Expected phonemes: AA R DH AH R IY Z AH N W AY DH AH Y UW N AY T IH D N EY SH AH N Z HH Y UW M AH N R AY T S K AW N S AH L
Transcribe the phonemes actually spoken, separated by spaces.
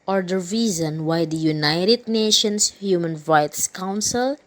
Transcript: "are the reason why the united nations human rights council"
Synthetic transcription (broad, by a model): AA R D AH R IY Z AH N W AY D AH Y UW N AY T IH D N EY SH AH N S HH Y UW M AH N R AY T S K AW N S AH L